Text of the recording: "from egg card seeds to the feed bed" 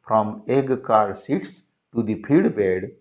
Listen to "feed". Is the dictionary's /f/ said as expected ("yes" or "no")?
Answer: no